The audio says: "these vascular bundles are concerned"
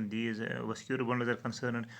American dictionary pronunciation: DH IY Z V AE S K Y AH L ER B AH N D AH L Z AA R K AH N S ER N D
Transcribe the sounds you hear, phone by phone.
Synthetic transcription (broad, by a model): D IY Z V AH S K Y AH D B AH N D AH Z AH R K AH N S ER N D